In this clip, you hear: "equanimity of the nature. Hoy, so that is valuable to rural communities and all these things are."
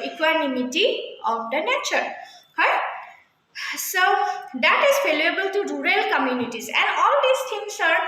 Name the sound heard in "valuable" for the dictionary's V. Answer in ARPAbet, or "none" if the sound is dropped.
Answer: F